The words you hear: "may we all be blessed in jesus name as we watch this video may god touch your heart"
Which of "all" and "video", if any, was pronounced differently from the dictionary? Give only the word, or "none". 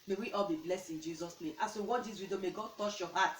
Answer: video